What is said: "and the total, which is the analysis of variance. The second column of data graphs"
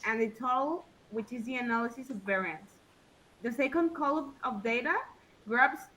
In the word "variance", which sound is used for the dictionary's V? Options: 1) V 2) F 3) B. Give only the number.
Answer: 1